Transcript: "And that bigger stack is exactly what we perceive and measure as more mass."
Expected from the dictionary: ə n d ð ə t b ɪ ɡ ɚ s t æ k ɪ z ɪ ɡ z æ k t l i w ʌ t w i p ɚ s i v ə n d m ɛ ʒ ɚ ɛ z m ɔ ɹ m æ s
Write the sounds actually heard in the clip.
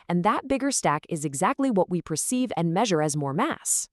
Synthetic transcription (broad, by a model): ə n ð ə t b ɪ ɡ ɚ s t æ k ɪ z ɪ ɡ z æ k t l i w ʌ t w i p ɚ s i v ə n m ɛ ʒ ɚ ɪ z m ɔ ɹ m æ s